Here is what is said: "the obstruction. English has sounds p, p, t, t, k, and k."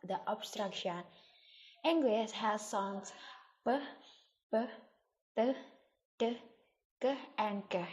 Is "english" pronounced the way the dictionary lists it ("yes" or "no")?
no